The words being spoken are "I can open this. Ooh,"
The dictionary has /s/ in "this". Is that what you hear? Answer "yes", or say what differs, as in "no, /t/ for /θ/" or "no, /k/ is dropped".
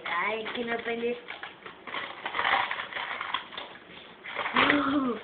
no, /s/ is dropped